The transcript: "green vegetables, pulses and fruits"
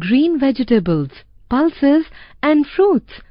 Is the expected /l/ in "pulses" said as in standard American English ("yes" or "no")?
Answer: yes